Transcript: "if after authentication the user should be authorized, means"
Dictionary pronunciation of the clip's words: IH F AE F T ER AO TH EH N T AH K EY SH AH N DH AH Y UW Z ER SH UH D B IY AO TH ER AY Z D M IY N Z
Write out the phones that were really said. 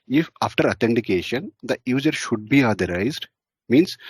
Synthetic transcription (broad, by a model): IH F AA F T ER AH T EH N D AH K EY SH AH N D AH Y UW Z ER SH UH D B IY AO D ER AY Z D M IY N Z